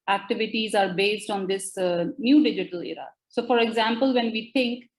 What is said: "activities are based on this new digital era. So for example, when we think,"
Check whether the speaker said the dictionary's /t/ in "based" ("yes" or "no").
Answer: yes